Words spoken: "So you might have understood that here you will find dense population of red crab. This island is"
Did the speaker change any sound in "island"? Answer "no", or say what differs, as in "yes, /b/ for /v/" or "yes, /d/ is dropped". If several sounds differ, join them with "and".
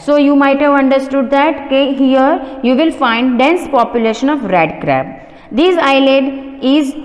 yes, /n/ is dropped